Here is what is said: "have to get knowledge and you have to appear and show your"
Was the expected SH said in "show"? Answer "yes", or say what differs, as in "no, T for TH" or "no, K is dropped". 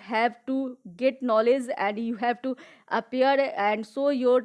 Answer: no, S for SH